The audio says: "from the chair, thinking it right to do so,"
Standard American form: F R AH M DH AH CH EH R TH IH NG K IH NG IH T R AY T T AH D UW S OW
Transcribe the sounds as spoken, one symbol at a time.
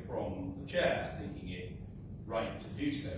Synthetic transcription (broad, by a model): F R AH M DH AH CH EH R TH IH NG K IH NG IH T R AY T T AH D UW S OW